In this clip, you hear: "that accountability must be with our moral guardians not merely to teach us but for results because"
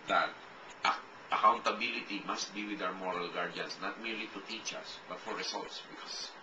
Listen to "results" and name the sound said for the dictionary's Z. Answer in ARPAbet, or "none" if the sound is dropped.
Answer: S